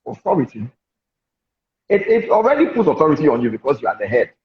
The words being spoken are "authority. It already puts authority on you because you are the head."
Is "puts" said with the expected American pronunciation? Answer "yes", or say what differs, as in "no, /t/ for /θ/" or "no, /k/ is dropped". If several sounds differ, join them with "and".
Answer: no, /s/ is dropped